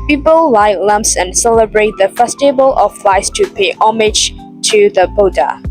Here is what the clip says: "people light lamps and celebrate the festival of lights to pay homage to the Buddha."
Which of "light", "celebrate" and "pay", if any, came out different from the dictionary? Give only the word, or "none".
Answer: none